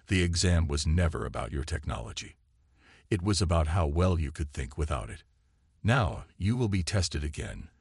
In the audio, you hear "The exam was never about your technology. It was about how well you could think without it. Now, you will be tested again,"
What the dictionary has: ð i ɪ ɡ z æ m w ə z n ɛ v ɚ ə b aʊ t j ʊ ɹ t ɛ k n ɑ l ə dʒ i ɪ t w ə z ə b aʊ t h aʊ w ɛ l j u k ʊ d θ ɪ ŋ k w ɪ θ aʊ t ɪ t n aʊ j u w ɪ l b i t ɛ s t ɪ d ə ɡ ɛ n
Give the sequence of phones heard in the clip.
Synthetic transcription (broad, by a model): ð i ɪ ɡ z æ m w ə z n ɛ v ɚ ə b aʊ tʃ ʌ ɹ t ɛ k n ɑ l ə dʒ i ɪ t w ə z ə b aʊ t h aʊ w ɛ l j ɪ k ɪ d θ ɪ ŋ k w ɪ θ aʊ t ɪ t n aʊ j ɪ w ɪ l b i t ɛ s t ɪ d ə ɡ ɛ n